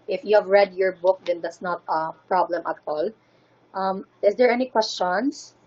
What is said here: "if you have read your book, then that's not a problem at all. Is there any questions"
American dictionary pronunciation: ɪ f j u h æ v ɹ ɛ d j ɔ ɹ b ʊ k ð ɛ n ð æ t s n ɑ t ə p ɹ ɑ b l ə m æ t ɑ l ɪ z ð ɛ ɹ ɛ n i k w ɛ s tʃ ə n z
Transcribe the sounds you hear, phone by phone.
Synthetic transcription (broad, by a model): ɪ f j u h æ v ɹ ɛ d j ɔ ɹ b ʊ k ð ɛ n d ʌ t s n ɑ t ə p ɹ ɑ b l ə m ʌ t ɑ l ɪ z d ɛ ɹ ɛ n i k w ɛ s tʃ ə n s